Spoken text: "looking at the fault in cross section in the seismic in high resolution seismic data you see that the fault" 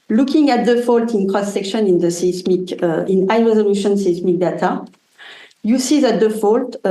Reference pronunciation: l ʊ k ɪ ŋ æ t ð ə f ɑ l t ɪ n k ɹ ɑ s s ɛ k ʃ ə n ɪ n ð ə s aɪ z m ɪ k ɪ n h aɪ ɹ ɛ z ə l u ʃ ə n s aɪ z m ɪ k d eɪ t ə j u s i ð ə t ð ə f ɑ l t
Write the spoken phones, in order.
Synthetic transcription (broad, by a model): l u k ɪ ŋ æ t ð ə f ɑ l t ɪ n k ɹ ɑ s s ɛ k ʃ ə n ɪ n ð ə s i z m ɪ k ɪ n aɪ ɹ ɛ z ə l u ʃ ə n s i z m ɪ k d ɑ t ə j u s i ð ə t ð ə f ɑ l t